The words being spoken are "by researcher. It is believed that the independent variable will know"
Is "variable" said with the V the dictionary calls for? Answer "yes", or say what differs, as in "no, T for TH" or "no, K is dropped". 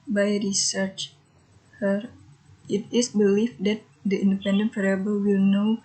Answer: no, F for V